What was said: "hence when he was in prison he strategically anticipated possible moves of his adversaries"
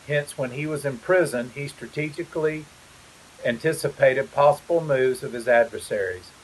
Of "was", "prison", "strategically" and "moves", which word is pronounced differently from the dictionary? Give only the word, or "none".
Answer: none